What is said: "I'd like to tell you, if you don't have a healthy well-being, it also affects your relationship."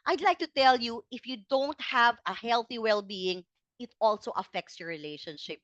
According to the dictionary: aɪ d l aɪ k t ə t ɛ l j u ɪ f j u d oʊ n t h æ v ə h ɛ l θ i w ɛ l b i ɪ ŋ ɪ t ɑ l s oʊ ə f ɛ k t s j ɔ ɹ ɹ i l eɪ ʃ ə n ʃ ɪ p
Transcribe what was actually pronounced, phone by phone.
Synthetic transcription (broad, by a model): aɪ d l aɪ k t ə t ɛ l j u ɪ f j u d oʊ n t h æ v ə h ɛ l θ i w ɛ l b i ɪ ŋ ɪ t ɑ l s oʊ ə f ɛ k t s j ɔ ɹ ɹ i l eɪ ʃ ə n ʃ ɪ p